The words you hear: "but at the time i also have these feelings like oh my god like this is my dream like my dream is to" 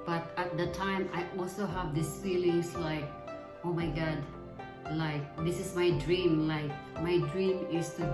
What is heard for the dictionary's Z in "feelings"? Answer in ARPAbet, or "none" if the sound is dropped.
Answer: S